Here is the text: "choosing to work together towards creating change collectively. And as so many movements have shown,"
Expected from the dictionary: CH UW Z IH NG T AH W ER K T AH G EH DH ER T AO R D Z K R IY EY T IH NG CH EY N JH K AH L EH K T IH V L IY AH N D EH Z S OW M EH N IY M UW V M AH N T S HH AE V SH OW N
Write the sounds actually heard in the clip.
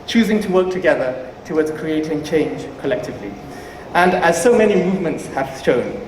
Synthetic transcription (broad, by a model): CH UW Z IH NG T AH W ER K T AH G EH DH ER T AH W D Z K R IY EY T IH NG CH EY N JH K AH L EH K T IH V L IY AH N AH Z S OW M EH N IY M UW V M AH N T S HH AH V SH OW N